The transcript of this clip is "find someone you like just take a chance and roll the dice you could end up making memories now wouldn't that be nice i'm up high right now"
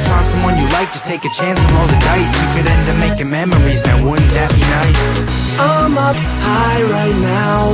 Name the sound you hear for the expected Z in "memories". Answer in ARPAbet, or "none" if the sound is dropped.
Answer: Z